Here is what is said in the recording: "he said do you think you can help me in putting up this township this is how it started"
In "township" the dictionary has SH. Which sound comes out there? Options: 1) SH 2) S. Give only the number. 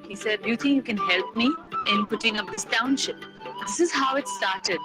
1